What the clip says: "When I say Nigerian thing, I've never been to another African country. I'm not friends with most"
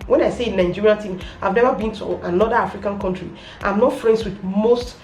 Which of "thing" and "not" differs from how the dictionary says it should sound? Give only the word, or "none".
thing